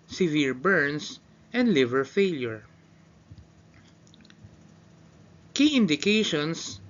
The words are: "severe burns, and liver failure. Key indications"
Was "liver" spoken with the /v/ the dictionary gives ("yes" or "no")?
yes